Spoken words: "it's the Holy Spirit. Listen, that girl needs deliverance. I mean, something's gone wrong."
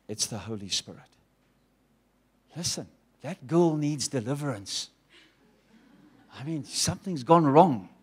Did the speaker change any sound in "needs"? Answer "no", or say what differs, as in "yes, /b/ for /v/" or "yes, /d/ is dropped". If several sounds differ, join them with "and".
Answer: no